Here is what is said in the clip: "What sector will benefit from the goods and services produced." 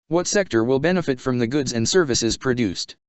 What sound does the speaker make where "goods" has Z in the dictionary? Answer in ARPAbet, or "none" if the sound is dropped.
Z